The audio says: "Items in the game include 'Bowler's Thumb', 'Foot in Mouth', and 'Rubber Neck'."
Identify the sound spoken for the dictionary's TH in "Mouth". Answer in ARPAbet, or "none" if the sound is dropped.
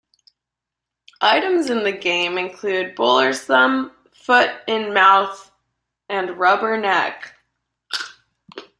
TH